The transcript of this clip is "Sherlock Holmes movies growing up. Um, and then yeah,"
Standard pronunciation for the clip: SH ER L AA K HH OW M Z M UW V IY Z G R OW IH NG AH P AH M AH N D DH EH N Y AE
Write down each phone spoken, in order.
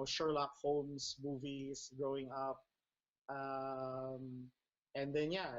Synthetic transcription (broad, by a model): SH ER L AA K HH OW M S M UW V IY S G R OW IH NG AH P AH M AH N D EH N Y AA